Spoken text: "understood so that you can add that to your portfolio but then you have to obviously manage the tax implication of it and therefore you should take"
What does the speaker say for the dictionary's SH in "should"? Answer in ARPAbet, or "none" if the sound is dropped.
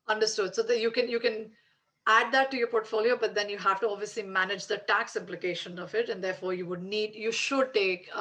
SH